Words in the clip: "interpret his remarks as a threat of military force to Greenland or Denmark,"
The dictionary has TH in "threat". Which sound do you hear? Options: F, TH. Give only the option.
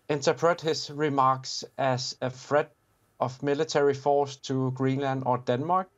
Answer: F